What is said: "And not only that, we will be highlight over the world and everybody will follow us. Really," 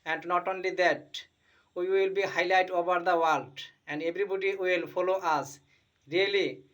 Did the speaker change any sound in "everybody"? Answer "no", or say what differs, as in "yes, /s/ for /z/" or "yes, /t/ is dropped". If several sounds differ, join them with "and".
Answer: yes, /b/ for /v/